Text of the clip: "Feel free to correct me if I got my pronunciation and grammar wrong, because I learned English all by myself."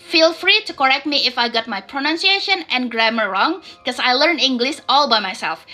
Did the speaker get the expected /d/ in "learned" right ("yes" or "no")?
no